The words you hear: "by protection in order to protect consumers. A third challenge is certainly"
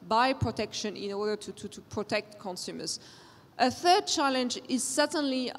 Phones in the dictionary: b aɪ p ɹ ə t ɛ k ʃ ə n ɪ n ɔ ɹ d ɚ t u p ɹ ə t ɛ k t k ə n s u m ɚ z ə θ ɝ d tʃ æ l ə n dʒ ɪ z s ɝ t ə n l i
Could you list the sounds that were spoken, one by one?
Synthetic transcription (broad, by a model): b aɪ p ɹ ə t ɛ k ʃ ə n ɪ n ɔ ɹ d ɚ t u p ɹ ə t ɛ k t k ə n s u m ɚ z ə θ ɝ d tʃ æ l ə n dʒ ɪ z s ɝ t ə n l i